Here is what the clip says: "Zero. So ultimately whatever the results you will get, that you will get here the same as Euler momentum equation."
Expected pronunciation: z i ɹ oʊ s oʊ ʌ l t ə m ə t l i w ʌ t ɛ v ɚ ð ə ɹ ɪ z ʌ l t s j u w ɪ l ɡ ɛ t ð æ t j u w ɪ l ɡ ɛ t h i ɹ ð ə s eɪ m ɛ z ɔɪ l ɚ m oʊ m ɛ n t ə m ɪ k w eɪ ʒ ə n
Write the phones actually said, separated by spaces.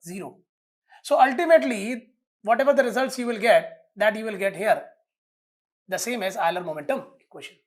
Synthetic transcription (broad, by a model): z i ɹ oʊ s oʊ ʌ l t ə m ə t l i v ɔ t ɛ v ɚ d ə ɹ ɪ z ʌ l t s j u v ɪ l ɡ ɛ t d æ t j u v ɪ l ɡ ɛ t h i ɹ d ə s eɪ m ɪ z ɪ l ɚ m oʊ m ɛ n t ə m k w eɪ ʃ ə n